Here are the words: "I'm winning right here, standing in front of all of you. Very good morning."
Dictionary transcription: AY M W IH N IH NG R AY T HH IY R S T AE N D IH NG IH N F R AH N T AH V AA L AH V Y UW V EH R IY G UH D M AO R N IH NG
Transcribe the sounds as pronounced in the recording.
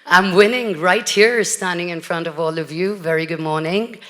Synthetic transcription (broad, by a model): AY M W IH N IH NG R AY T HH IY R S T AE N D IH NG IH N F R AH N T AH V AA L AH V Y UW V EH R IY G UH D M AO R N IH NG